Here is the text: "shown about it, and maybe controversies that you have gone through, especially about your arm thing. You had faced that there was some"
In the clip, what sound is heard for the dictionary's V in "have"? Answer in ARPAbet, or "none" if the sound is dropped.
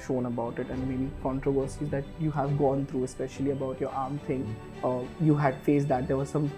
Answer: V